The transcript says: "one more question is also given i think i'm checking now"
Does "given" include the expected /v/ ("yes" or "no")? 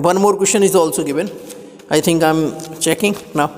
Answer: no